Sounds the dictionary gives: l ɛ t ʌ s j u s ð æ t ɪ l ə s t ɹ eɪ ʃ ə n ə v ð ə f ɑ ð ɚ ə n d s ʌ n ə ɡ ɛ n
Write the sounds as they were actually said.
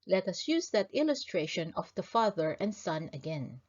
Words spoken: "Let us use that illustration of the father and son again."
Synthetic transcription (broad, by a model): l ɛ t ʌ s j u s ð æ t ɪ l ə s t ɹ eɪ ʃ ə n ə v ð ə f ɑ ð ɚ ə n d s ʌ n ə ɡ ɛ n